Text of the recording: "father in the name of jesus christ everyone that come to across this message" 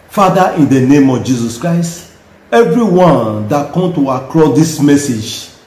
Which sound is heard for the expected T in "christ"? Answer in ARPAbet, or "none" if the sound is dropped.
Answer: T